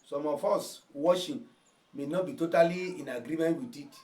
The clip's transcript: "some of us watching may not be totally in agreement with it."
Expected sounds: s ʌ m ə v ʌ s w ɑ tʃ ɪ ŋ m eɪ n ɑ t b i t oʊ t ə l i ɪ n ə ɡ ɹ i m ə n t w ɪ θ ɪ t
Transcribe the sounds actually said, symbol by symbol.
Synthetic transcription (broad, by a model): s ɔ m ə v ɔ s w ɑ ʃ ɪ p m eɪ n ɑ t b i t oʊ t ə l i ɪ n ə ɡ ɹ i m ə n t w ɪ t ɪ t